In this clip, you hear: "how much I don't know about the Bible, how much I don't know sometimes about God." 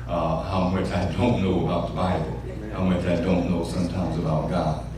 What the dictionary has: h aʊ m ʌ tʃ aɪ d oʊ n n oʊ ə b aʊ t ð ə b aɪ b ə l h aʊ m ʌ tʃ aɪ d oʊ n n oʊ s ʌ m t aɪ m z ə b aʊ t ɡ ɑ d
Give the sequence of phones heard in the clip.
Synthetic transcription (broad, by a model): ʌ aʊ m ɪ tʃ aɪ d oʊ n n oʊ ə b aʊ t ð ə b aɪ b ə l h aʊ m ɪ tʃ aɪ d oʊ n n oʊ s ʌ m t aɪ m z ə b aʊ t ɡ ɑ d